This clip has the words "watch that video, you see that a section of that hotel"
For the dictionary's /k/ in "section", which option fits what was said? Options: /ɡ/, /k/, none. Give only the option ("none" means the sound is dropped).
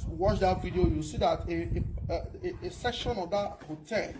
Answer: /k/